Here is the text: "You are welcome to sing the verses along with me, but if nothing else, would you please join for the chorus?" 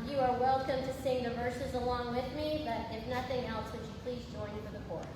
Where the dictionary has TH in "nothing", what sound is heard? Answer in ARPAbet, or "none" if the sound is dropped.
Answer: TH